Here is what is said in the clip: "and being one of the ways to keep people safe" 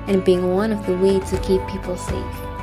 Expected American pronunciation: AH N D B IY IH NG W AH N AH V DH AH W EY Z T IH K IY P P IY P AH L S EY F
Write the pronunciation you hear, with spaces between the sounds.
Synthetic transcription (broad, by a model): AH N B IY IH NG W AH N AH V DH AH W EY T IH K IY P P IY P L S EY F